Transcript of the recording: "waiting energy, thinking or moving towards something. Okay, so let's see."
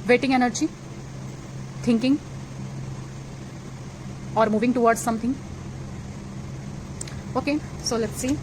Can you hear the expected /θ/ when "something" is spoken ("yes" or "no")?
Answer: no